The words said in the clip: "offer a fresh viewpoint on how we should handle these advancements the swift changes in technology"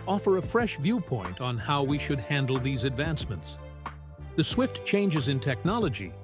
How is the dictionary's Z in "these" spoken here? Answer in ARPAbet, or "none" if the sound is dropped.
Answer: Z